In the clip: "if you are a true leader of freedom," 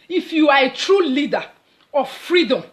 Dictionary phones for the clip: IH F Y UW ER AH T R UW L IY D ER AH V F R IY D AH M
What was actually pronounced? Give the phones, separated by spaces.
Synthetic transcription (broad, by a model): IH F Y UW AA AH T R UW L IY D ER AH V F R IY D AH M